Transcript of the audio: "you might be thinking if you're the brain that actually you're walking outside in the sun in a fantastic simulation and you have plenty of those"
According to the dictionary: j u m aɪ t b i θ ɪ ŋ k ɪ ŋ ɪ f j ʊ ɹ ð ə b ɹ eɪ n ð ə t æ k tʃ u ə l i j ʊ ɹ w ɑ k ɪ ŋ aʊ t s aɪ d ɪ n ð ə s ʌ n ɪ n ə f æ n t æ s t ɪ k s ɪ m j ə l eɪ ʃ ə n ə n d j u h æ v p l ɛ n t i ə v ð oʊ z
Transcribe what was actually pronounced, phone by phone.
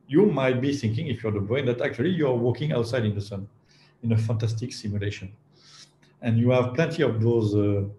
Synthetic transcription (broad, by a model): j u m aɪ t b i θ ɪ ŋ k ɪ ŋ ɪ f j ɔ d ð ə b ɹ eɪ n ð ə t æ k tʃ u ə l i j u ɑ w ɑ k ɪ ŋ aʊ t s aɪ d ɪ n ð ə s ʌ n ɪ n ə f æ n t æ s t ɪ k s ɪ m j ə l eɪ ʃ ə n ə n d j u h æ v p l ɛ n t i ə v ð oʊ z